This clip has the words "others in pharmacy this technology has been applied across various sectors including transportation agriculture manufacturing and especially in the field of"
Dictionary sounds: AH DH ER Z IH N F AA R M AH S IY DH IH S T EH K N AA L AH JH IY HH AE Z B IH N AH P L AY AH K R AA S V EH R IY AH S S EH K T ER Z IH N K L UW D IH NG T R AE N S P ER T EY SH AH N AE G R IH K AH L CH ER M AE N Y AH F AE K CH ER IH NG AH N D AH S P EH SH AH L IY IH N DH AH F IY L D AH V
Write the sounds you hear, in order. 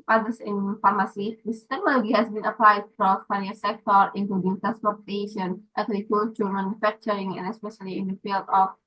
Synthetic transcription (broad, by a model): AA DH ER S IH N F AA R M AH S IY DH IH S T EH K N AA L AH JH IY HH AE S B IH N AH P L AY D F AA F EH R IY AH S S EH K T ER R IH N K L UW D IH NG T R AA N S P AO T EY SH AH N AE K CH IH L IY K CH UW M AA N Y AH F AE K CH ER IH NG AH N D AH S P EH SH AH L IY IH N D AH F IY L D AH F